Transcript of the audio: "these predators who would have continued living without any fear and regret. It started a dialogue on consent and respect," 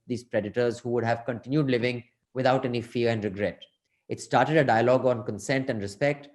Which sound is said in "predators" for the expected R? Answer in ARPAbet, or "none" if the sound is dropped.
R